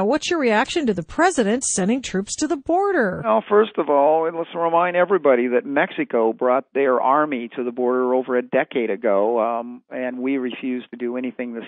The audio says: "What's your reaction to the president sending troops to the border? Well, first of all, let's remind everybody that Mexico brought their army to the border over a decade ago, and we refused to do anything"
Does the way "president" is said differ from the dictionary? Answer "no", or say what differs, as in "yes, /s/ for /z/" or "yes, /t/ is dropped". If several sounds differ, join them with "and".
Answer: no